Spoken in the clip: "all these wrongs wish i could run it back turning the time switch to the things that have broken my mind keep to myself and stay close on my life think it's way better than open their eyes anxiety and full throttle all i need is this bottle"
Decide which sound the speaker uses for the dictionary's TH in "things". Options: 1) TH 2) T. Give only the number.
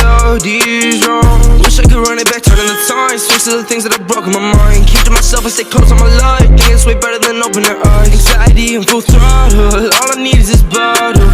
1